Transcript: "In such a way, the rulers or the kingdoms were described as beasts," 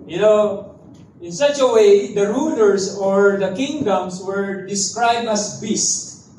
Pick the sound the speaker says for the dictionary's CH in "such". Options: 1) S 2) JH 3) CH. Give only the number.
3